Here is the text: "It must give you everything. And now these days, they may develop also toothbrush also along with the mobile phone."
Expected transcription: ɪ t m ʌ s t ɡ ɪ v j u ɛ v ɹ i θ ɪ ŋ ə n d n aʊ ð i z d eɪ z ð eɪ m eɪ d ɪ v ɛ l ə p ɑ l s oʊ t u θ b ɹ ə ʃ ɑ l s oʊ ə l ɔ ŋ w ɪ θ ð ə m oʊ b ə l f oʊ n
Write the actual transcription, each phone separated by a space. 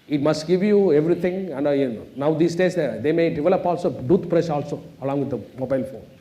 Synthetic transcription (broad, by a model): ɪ t m ʌ s t ɡ ɪ v j u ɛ v ɹ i t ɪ ŋ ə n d n aʊ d i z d eɪ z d eɪ m eɪ d ɪ v ɛ l ə p ɑ l s oʊ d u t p ɹ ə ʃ ɑ l s oʊ ə l ɔ ŋ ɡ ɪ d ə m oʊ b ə l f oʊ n